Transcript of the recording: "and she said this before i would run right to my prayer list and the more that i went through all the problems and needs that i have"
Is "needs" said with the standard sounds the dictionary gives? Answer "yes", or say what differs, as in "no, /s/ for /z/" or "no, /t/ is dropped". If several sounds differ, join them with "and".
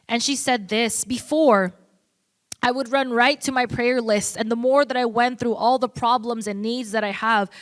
yes